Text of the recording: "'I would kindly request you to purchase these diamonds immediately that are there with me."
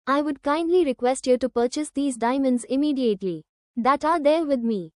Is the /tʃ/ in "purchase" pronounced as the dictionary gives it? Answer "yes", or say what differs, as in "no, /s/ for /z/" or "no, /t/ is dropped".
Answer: yes